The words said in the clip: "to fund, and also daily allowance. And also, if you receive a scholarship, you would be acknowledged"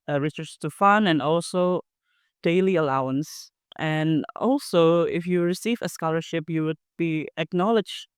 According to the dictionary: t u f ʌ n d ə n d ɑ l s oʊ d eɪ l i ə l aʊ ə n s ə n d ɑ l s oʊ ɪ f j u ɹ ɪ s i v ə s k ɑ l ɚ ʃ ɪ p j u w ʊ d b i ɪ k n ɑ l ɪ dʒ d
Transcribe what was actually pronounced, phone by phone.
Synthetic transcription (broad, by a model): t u f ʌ n ə n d ɑ l s oʊ d eɪ l i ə l aʊ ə n s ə n ɑ l s oʊ ɪ f j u ɹ ɪ s i v ə s k ɑ l ɚ ʃ ɪ p j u w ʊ d b i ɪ k n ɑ l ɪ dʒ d